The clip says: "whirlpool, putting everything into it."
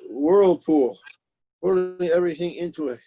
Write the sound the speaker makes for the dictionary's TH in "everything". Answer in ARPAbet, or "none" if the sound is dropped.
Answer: TH